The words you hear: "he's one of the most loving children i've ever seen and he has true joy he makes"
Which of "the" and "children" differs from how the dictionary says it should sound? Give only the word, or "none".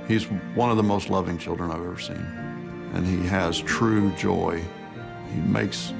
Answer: none